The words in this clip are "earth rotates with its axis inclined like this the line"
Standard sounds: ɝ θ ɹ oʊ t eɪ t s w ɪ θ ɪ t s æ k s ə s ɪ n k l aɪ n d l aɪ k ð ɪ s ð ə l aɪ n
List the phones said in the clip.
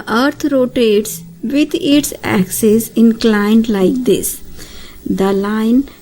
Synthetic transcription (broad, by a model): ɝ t ɹ oʊ t eɪ t s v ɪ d ɪ t s æ k s ə s ɪ n k l aɪ n d l aɪ k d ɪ s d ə l aɪ n